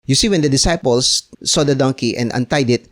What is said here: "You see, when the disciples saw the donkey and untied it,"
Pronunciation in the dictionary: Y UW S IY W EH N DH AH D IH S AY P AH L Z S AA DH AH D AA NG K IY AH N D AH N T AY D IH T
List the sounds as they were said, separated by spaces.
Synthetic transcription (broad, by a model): Y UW S IY W EH N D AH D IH S AY P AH L S AA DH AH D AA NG K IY AH N D AH N T AY D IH T